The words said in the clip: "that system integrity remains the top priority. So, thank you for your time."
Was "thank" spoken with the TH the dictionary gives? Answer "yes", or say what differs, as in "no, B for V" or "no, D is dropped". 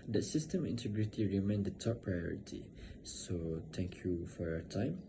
no, T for TH